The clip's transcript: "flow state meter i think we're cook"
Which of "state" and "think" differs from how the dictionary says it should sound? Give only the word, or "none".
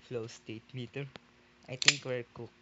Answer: think